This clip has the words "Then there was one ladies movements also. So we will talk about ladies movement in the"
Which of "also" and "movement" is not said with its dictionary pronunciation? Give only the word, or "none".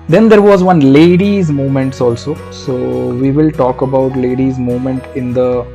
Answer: movement